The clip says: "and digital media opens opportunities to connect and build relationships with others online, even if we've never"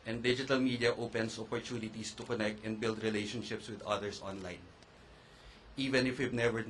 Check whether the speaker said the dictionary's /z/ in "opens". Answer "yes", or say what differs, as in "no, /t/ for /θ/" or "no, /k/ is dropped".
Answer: no, /s/ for /z/